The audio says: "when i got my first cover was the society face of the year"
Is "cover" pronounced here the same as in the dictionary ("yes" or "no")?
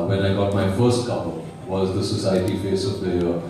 no